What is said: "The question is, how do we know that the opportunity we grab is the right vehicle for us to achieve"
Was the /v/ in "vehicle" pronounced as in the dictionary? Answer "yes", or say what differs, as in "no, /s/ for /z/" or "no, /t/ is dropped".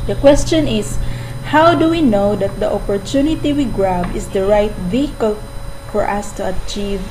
yes